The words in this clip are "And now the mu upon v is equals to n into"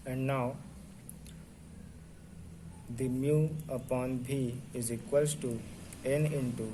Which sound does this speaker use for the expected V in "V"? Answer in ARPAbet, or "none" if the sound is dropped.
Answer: B